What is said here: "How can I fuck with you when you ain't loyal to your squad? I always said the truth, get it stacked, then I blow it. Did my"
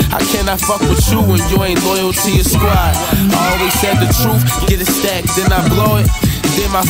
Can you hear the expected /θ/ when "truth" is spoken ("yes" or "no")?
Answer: no